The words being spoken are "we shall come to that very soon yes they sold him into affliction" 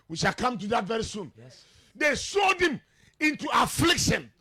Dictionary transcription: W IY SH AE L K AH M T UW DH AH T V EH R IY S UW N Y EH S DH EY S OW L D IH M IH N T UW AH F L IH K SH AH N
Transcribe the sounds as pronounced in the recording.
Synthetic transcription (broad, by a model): W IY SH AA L K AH M T UW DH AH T V EH R IY S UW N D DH EY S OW D IH M IH N T UW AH F L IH K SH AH N